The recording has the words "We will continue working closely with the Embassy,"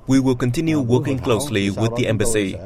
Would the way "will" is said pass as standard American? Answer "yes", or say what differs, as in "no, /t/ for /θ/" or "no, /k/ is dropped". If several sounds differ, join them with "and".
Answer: yes